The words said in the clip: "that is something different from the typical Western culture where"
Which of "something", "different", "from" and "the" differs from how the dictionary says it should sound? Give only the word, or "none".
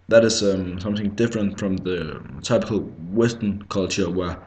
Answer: none